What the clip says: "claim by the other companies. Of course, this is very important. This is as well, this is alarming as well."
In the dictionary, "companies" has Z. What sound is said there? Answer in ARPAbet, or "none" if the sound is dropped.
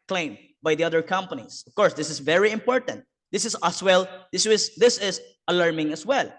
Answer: S